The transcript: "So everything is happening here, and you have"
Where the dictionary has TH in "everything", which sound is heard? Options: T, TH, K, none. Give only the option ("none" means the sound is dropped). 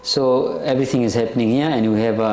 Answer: T